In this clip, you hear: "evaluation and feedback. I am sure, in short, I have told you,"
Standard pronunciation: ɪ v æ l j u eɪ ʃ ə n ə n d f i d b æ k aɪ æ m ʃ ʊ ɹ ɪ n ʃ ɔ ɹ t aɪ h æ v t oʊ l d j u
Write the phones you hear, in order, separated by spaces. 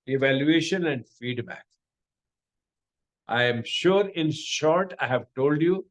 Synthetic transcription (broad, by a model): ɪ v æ l j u eɪ ʃ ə n ə n d f i d b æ k aɪ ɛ m ʃ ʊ ɹ ɪ n ʃ ɔ ɹ t aɪ h æ v t oʊ l d j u